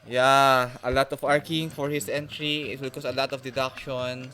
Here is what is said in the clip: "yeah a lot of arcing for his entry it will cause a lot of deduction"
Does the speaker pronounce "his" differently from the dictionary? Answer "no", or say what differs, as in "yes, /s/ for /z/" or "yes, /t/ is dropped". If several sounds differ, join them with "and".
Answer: yes, /s/ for /z/